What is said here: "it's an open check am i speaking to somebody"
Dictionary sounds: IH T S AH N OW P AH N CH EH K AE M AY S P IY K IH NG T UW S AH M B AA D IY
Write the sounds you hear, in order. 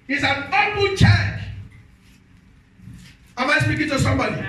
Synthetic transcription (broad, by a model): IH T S AH N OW F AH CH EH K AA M AY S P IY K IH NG T UW S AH M B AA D IY